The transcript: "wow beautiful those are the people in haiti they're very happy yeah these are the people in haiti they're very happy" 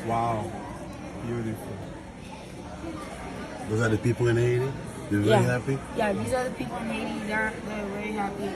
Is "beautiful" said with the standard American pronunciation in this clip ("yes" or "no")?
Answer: no